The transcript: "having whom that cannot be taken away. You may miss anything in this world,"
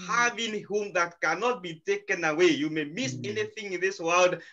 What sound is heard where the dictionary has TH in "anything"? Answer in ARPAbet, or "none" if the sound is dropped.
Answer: TH